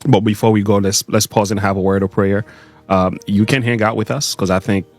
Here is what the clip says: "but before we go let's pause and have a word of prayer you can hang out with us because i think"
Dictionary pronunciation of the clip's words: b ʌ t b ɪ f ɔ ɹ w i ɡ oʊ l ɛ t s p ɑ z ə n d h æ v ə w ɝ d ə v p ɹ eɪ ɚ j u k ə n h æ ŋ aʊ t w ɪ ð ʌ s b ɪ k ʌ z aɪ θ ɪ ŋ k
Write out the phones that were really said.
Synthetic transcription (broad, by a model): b ʌ t b ɪ f ɔ ɹ w i ɡ oʊ l ɛ t s p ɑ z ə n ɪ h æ v ə w ɝ d ə v p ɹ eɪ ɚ j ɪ k ə n h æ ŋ aʊ t w ɪ ð ʌ s k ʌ z aɪ θ ɪ ŋ k